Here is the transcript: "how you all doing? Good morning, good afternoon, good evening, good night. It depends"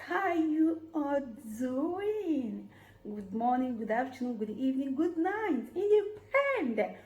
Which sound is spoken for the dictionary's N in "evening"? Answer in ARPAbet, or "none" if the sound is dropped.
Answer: N